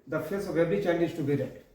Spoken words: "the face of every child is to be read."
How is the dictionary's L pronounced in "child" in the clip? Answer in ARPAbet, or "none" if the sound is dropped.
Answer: N